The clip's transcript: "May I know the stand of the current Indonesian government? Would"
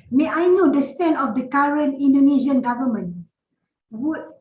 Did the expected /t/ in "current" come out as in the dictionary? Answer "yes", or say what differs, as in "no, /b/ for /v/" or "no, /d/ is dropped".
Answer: no, /t/ is dropped